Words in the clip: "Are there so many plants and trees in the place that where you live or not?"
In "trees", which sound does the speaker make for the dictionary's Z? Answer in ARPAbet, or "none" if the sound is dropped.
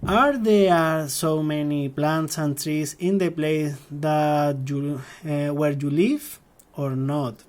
S